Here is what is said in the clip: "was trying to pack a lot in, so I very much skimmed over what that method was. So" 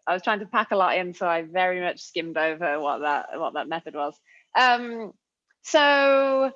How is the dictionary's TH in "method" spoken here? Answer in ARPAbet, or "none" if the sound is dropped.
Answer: TH